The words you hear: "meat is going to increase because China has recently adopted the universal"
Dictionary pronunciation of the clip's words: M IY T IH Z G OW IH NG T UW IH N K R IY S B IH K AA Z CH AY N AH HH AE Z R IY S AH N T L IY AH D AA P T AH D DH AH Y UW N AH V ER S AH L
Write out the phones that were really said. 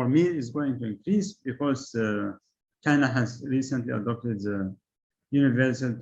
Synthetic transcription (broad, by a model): M IY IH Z G OW IH NG T UW IH N K R IY S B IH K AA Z CH AY N AH HH AE Z R IY S AH N T L IY AH D AA P T AH D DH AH Y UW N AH V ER S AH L